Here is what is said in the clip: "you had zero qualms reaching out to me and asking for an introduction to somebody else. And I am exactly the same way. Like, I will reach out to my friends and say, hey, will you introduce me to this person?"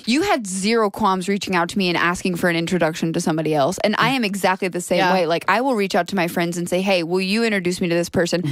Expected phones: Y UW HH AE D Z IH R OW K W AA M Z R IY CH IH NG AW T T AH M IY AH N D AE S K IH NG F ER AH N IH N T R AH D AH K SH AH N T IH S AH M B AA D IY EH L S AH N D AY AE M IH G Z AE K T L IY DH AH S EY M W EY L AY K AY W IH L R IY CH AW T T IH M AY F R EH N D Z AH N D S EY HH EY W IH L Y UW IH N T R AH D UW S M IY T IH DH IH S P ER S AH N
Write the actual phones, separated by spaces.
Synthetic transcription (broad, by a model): Y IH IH D Z IH R OW K W AA M Z R IY CH IH NG AW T T AH M IY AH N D AE S K IH NG F ER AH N IH N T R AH D AH K SH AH N T IH S AH M B AA D IY EH L S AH N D AY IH M IH G Z AE K T L IY DH AH S EY M W EY L AY K AY W IH L R IY CH AW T T IH M AY F R EH N D Z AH N S EY HH EY W IH L Y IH IH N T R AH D UW S M IY T IH DH IH S P ER S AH N